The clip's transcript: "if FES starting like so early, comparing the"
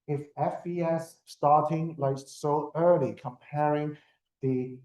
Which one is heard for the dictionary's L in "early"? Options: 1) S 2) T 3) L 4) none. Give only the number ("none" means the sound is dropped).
3